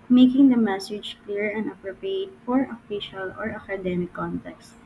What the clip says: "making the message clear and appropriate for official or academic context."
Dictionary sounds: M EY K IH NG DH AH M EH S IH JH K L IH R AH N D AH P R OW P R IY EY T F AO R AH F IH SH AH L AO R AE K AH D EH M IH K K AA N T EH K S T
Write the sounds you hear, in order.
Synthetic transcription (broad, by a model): M EY K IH NG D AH M EH S IH JH K L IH R AH N D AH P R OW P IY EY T F AO R AH F IH SH AH L AO R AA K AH D EH M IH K K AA N T EH K S T